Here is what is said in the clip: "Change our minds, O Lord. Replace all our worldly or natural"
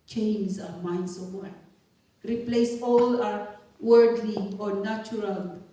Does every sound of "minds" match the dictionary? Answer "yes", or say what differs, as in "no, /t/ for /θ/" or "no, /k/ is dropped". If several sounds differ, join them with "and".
no, /s/ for /z/